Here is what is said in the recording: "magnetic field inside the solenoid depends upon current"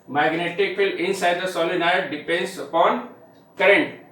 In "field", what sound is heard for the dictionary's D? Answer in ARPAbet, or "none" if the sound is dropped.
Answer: none